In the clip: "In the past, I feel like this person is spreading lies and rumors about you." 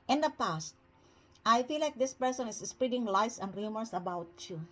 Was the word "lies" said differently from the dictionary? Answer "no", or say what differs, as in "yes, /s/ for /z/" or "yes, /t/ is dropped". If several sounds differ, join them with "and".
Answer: yes, /s/ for /z/